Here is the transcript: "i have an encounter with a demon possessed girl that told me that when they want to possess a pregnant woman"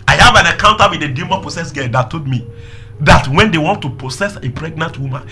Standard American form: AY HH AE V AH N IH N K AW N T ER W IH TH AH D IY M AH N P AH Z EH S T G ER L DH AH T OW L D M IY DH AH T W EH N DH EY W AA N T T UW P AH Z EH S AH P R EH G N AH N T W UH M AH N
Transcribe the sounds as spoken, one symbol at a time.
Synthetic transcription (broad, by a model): AY HH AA V AH N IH K AW N T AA W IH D AH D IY M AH P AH S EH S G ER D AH T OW D M IY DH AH T W EH N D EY W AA N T T UW P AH S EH S AH P R EH G N AH N T W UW M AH N